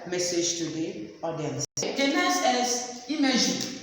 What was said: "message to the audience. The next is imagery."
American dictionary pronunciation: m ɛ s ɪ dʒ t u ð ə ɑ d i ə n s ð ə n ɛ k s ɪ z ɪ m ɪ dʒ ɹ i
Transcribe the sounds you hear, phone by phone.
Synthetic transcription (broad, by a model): m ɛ s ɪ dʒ t u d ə ɑ d i ə n s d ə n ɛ s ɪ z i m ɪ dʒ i